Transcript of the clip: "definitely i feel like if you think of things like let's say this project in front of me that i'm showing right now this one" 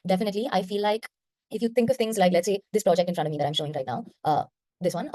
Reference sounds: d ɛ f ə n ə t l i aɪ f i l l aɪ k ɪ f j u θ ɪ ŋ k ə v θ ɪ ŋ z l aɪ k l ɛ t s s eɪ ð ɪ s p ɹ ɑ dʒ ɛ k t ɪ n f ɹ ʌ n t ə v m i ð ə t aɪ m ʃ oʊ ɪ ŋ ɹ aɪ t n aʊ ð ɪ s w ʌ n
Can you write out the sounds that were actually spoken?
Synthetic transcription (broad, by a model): d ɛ f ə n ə t l i aɪ f i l l aɪ k ɪ f j u t ɪ ŋ k ə v t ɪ ŋ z l aɪ k l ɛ t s s eɪ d ɪ s p ɹ ɑ dʒ ɛ k t ɪ n f ɹ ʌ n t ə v m i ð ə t aɪ m ʃ oʊ ɪ ŋ ɹ aɪ t n aʊ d ɪ s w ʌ n